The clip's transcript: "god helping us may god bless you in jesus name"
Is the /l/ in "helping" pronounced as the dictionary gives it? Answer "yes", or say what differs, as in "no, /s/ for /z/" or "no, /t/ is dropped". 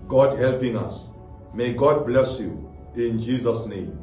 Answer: yes